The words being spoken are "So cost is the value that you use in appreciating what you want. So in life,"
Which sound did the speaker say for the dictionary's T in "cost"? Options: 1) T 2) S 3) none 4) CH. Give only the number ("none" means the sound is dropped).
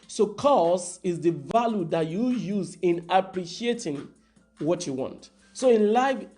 3